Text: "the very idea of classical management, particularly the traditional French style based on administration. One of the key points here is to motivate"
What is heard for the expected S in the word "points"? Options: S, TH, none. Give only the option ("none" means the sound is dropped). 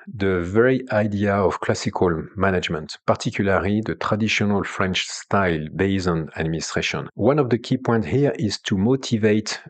none